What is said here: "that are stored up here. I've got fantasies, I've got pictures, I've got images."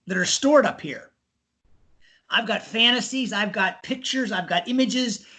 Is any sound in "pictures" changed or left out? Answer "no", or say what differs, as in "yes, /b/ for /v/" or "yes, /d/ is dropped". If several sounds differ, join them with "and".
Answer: no